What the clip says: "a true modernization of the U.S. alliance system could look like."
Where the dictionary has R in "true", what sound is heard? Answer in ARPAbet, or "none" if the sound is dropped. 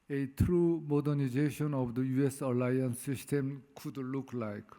R